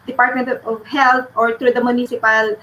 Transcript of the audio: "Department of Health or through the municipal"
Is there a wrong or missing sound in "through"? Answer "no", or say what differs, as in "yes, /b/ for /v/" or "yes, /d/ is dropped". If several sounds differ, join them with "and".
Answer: yes, /t/ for /θ/